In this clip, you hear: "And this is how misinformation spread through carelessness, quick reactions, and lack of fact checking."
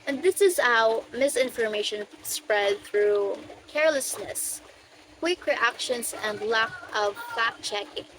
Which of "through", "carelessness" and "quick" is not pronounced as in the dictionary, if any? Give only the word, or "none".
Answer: none